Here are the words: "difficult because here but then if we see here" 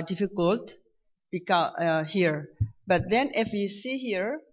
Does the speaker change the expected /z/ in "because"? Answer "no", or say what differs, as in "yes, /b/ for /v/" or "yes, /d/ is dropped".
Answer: yes, /z/ is dropped